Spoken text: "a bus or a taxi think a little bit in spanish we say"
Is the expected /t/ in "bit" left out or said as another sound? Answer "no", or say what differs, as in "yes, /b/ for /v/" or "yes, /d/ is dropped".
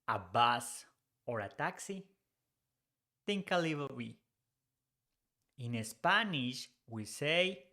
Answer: yes, /t/ is dropped